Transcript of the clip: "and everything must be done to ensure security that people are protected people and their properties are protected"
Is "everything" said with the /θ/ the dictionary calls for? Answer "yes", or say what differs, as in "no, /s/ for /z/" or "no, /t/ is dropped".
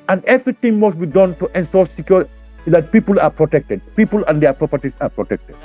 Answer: no, /t/ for /θ/